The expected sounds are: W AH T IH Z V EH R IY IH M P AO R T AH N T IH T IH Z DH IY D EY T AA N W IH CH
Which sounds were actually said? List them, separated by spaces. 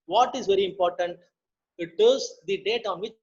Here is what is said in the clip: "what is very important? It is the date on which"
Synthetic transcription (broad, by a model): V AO T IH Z V EH R IY IH M P AO R T AH N T IH T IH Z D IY D EY T AA N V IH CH